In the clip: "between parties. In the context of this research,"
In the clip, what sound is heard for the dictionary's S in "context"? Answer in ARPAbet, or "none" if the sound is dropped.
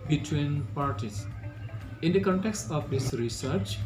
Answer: S